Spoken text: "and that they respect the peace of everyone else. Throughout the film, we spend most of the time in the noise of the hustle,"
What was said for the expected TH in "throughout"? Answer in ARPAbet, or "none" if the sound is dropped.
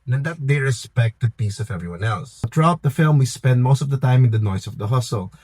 T